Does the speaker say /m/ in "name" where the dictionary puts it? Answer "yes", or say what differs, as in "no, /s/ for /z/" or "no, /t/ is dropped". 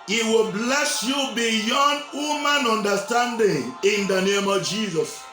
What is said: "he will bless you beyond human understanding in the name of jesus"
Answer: yes